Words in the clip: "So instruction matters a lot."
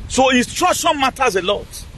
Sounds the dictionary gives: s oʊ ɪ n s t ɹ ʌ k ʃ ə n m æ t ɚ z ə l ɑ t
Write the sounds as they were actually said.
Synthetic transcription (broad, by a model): s oʊ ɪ s t ɹ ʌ ʃ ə n m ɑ t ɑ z ə l ɑ t